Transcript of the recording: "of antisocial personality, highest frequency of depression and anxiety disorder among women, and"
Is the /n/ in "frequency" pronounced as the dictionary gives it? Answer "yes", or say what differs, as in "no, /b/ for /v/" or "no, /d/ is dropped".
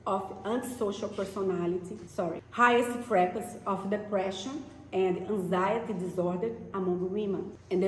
no, /n/ is dropped